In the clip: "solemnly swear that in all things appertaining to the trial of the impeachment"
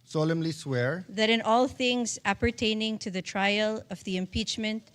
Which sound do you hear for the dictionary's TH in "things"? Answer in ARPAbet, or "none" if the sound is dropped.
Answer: TH